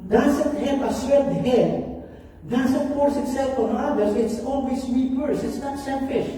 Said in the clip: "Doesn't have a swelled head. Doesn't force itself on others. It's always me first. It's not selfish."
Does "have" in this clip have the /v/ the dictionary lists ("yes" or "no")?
no